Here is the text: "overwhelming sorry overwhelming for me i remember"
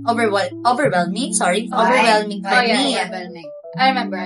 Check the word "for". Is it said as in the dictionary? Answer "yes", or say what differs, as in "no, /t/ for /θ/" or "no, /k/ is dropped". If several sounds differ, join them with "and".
no, /l/ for /ɹ/